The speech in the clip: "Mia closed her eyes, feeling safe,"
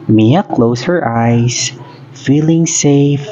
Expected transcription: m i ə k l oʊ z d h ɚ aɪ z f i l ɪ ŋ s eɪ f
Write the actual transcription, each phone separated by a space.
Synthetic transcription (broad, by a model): m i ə k l oʊ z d h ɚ aɪ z f i l ɪ ŋ s eɪ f